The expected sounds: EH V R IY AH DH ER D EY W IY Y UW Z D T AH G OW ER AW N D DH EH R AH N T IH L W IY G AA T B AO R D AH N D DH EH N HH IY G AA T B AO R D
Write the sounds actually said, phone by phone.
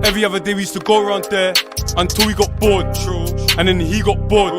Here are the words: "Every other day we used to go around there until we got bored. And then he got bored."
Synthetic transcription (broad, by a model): EH V R IY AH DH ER D EY W IY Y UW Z T AH G OW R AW N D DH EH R AH N T IH L W IY G AA T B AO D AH N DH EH N HH IY G AA T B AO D